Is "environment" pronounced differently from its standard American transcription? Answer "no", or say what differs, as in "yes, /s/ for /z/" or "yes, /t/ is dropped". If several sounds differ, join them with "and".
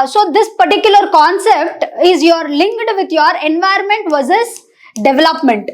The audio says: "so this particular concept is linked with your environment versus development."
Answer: yes, /ɹ/ is dropped